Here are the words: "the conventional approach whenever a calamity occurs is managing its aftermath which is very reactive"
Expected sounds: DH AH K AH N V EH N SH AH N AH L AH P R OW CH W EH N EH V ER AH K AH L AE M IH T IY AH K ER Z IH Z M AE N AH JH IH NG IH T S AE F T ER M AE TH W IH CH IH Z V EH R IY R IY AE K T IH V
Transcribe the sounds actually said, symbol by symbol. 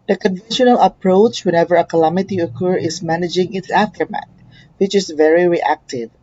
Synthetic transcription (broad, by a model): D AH K AH N V EH N SH AH N AH L AH P R OW CH W EH N EH V ER AH K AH L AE M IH T IY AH K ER IH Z M AE N AH JH IH NG IH T S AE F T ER M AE T W IH CH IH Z V EH R IY R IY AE K T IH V